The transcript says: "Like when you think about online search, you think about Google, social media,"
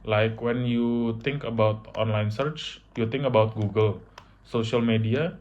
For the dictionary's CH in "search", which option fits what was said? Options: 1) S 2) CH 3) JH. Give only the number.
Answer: 2